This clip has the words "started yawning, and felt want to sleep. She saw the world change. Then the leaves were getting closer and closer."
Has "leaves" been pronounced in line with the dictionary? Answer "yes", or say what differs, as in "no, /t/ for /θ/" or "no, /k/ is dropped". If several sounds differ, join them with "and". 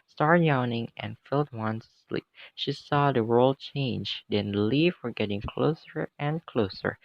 no, /z/ is dropped